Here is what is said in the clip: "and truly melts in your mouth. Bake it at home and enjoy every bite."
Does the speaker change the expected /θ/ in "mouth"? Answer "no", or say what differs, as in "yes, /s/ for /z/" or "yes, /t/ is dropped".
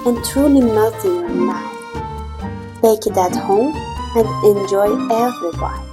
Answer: yes, /f/ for /θ/